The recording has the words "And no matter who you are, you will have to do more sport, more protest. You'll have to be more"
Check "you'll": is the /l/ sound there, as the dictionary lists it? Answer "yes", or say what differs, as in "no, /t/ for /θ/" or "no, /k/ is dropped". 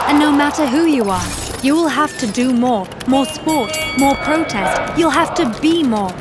yes